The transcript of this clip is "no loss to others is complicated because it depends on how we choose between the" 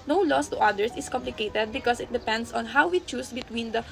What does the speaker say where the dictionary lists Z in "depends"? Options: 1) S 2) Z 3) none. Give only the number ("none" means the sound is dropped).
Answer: 1